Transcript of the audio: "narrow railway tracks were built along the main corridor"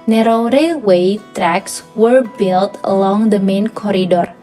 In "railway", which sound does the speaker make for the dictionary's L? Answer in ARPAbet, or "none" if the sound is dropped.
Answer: none